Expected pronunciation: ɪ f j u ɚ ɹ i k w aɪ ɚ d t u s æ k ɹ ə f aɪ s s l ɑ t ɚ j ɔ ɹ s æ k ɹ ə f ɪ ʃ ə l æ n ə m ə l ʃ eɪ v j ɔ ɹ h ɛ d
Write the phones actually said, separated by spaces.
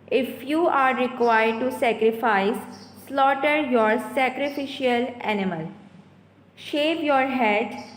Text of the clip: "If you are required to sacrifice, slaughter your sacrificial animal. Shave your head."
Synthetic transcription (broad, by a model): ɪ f j u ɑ ɹ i k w aɪ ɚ d t u s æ k ɹ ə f aɪ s s l ɑ t ɚ j ɔ ɹ s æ k ɹ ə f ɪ ʃ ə l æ n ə m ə l ʃ eɪ v j ɔ ɹ h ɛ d